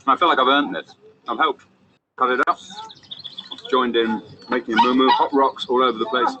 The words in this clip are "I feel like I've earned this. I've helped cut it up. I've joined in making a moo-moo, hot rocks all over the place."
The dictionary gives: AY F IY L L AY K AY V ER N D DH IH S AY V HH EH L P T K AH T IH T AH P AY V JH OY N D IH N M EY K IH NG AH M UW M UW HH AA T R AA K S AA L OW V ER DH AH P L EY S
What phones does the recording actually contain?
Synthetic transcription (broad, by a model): AY F IY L L AY K AY V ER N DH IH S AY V HH EH L P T K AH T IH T AH P JH OY N D IH N M EY K IH NG AH M UW M UW HH AA T R AA K S AA L OW V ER DH AH P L EY S